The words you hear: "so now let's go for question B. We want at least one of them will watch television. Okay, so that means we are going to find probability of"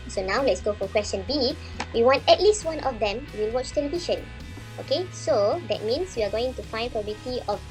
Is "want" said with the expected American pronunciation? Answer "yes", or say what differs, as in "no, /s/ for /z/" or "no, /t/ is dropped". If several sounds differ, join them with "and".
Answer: yes